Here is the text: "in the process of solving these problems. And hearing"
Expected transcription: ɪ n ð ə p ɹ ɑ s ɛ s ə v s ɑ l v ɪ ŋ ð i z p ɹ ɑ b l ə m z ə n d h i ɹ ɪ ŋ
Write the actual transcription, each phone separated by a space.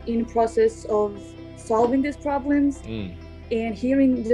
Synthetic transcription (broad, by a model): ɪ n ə p ɹ ɑ s ɛ s ə v s ɑ l v ɪ ŋ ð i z p ɹ ɑ b l ə m z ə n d h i ɹ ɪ ŋ